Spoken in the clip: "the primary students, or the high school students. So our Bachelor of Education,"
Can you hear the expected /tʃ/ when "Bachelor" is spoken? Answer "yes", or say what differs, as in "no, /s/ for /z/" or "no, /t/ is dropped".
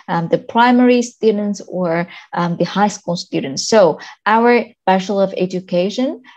no, /ʃ/ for /tʃ/